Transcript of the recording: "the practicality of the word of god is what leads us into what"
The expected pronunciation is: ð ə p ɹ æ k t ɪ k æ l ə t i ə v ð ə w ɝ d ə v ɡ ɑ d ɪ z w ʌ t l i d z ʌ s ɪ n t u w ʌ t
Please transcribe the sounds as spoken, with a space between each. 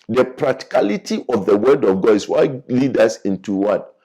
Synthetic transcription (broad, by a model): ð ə p ɹ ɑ k t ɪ k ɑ l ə t i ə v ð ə w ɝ d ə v ɡ ɑ d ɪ s w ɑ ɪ l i d ʌ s ɪ n t u w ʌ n